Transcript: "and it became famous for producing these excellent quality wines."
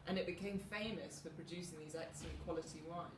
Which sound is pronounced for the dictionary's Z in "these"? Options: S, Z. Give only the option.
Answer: Z